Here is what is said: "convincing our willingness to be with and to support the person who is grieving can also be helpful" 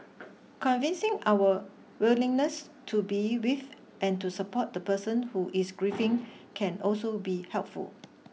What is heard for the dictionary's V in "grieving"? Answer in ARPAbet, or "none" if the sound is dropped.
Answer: F